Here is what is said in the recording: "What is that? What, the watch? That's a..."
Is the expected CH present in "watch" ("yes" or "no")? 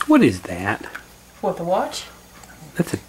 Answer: yes